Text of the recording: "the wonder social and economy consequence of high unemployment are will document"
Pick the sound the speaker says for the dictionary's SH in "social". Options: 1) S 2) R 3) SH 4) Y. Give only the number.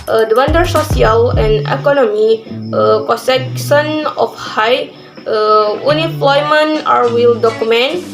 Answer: 1